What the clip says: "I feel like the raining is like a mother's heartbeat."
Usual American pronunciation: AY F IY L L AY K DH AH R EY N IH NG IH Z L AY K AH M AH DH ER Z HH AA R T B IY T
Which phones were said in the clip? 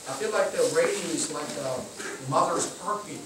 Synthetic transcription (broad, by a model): AY F IY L L AY K DH AH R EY IH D IH Z L AY K AH M AH DH ER Z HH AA R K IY